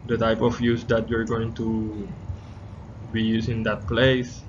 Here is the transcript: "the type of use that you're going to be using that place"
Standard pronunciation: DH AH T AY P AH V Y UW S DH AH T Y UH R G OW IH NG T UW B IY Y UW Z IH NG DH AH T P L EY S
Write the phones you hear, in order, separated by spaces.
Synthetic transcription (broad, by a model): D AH T AY P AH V Y UW S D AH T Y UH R G OW IH NG T UW B IY Y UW S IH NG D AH T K L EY S